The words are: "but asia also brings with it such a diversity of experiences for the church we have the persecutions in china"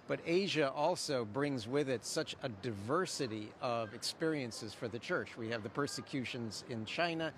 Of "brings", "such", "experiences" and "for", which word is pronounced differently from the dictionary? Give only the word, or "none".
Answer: none